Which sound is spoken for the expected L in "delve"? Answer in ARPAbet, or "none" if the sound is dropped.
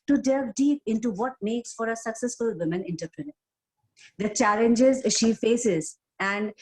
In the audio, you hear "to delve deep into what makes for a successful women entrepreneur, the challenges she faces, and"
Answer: none